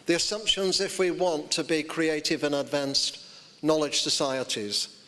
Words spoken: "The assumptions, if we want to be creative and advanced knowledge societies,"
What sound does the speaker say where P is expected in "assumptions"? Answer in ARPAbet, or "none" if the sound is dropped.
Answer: P